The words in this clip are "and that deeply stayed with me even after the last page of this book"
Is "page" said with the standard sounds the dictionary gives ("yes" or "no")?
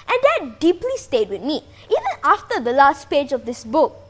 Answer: yes